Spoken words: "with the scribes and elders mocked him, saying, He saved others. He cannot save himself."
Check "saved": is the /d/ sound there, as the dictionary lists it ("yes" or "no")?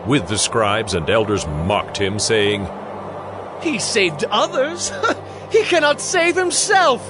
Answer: yes